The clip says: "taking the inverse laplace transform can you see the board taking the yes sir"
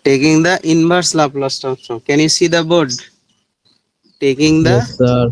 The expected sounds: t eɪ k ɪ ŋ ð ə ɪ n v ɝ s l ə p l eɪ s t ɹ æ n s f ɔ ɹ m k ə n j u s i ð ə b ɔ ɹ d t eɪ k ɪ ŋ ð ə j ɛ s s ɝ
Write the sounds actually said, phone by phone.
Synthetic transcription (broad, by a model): t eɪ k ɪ ŋ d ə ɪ n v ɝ s l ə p l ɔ s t æ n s ɔ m k ə n j u s i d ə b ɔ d t eɪ k ɪ ŋ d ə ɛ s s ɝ